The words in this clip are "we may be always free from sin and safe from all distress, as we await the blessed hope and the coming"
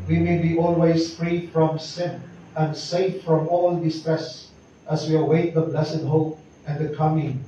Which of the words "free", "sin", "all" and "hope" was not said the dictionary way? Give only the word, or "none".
none